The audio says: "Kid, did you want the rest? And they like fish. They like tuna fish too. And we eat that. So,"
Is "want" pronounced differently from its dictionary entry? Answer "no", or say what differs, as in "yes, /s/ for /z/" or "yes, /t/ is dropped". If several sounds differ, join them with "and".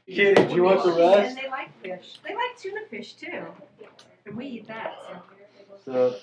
yes, /n/ is dropped